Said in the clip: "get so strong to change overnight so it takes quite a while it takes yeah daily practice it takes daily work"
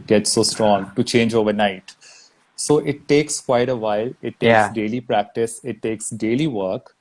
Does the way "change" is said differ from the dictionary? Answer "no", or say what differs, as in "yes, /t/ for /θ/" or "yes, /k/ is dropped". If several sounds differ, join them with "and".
no